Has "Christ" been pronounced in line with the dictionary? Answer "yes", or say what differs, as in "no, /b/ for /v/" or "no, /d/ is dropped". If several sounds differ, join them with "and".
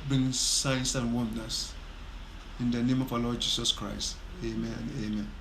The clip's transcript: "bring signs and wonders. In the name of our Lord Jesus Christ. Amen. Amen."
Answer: yes